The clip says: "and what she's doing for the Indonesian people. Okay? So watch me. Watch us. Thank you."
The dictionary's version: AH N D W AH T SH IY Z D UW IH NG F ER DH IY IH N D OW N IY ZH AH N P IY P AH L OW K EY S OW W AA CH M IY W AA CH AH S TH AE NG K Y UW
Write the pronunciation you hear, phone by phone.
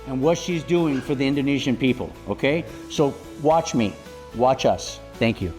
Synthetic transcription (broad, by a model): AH N W AH T SH IY Z D UW IH NG F ER DH IY IH N D OW N IY ZH AH N P IY P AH L OW K EY S OW W AA CH M IY W AA CH AH S TH AE NG K Y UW